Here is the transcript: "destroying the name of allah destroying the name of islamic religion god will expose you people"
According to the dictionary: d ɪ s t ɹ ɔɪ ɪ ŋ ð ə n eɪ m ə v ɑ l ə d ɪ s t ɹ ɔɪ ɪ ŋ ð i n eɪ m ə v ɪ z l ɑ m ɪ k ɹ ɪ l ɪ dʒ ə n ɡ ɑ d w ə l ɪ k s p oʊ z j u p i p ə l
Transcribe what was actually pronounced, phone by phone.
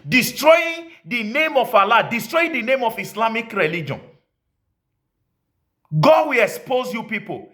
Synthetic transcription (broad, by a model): d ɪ s t ɹ ɔɪ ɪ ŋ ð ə n eɪ m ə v ɑ l ə d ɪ s t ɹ ɔɪ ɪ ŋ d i n eɪ m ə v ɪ s l ɑ m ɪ k ɹ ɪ l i dʒ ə n ɡ ɑ d w ə l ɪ k s p oʊ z j u p i p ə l